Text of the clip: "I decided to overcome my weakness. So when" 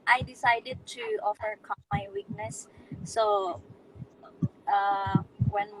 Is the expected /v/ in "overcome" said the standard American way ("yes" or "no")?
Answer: no